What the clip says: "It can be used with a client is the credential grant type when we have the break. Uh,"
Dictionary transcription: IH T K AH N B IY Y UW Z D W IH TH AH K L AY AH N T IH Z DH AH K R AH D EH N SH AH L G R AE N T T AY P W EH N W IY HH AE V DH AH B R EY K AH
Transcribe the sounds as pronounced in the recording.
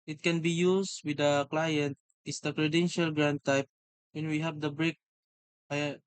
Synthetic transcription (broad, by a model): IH T K AH N B IY Y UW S W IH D AH K L AY AH N T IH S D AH K R AH D EH N SH AH L G R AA N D T AY P W EH N W IY HH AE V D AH B R EY K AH